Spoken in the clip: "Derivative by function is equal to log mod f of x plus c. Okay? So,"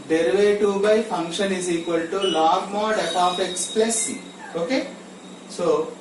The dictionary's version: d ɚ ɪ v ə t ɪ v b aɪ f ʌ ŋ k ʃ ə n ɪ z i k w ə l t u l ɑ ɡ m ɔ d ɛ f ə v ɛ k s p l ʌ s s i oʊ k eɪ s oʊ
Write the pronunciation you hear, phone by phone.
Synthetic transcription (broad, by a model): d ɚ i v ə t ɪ b aɪ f ʌ ŋ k ʃ ə n ɪ z i k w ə l t u l ɑ ɡ m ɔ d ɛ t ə p ɛ k s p l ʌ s s i oʊ k eɪ s oʊ